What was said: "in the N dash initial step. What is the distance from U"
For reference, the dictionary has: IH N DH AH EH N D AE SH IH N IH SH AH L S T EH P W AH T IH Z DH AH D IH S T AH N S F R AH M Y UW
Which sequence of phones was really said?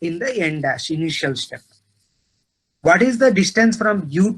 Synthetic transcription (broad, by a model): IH N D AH EH N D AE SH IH N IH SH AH L S T EH P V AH T IH Z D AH D IH S T AH N S F R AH M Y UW